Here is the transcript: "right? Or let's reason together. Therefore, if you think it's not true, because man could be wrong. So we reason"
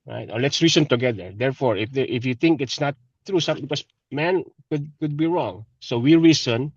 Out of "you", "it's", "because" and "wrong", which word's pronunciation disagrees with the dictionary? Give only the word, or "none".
because